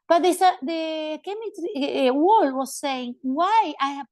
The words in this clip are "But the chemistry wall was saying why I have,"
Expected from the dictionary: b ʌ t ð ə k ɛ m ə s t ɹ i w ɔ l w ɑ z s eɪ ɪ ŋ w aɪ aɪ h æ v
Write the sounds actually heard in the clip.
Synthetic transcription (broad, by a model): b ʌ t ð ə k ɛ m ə t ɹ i w ɔ l w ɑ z s eɪ ɪ ŋ w aɪ aɪ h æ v